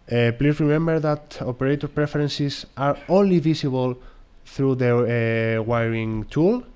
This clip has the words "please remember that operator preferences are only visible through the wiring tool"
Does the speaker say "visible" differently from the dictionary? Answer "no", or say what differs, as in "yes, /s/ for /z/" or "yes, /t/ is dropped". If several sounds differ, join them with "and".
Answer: yes, /s/ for /z/